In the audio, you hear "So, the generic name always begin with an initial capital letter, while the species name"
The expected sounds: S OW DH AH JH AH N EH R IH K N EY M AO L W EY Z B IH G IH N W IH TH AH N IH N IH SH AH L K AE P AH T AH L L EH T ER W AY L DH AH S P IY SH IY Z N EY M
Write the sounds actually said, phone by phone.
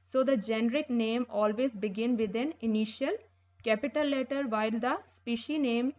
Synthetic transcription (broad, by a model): S OW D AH JH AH N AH R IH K N EY M AO L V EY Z B IH G IH N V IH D AH N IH N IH SH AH L K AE P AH T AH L L EH T ER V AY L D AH S P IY SH IY N EY M